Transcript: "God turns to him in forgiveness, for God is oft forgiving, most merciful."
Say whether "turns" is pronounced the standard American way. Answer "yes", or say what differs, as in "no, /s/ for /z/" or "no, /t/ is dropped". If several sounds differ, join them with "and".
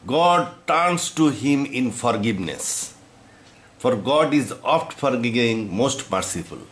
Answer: no, /s/ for /z/